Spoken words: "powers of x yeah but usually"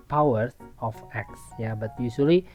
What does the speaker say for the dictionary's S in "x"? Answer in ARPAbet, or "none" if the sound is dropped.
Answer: S